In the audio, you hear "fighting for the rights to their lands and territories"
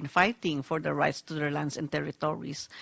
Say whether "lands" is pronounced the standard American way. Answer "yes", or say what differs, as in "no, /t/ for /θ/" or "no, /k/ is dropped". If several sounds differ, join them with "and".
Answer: no, /s/ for /z/